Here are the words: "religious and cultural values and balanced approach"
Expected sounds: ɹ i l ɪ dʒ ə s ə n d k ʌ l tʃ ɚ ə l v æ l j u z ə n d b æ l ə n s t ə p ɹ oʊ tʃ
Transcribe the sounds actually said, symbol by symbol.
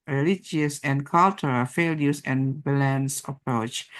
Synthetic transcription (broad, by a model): ɹ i l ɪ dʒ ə s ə n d k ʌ l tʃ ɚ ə l f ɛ l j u s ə n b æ l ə n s ə p ɹ oʊ tʃ